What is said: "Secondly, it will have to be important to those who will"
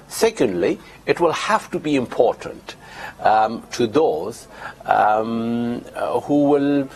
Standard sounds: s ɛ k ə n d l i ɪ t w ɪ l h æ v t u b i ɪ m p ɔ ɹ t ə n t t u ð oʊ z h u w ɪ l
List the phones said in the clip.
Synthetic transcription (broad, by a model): s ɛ k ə n d l i ɪ t w ɪ l h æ f t u b i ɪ m p ɔ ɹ t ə n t t u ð oʊ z h u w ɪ l